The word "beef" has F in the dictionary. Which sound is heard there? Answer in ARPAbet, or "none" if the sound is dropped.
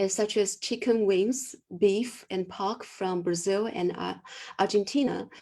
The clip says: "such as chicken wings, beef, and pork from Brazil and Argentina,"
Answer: F